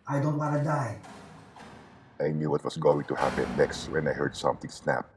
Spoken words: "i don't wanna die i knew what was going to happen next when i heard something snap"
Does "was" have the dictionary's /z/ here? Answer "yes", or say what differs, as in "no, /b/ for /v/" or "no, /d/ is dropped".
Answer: no, /s/ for /z/